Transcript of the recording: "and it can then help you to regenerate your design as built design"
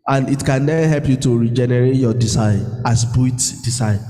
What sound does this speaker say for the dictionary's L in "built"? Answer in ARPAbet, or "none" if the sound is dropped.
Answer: none